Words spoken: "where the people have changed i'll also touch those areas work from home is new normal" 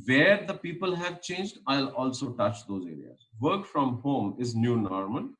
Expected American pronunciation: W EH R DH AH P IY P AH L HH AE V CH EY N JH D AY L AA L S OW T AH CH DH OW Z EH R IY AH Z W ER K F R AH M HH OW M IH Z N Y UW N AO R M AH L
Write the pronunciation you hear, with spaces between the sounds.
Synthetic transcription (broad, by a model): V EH R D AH P IY P AH L HH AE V CH EY N JH D AY L AA L S OW T AH CH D OW Z EH R IY AH Z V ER K F R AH M HH OW M IH Z N Y UW N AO R M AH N